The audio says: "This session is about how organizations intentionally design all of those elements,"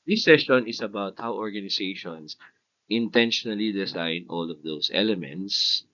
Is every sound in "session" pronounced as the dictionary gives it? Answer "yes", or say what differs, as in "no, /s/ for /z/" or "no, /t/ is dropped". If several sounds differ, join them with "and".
no, /s/ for /ʃ/